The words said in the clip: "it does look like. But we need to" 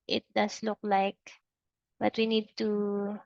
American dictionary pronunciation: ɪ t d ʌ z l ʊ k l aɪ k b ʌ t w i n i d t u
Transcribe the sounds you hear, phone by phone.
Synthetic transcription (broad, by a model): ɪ t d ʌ s l ʊ k l aɪ k b ʌ t w i n i d t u